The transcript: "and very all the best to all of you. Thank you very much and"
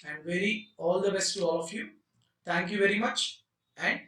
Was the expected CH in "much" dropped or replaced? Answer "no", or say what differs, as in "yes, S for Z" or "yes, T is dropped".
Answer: no